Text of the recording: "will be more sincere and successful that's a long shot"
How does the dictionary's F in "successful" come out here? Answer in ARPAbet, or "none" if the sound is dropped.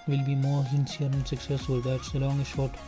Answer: none